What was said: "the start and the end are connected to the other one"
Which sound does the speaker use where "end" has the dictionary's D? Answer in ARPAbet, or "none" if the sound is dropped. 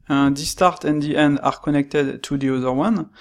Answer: D